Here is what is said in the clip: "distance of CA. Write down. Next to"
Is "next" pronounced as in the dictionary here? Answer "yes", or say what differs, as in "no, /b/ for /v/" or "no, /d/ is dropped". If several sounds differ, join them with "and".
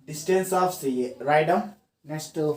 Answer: no, /k/ is dropped